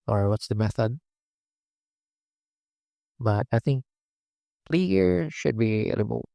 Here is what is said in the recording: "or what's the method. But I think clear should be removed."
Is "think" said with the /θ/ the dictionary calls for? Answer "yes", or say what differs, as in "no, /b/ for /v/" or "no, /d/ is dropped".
yes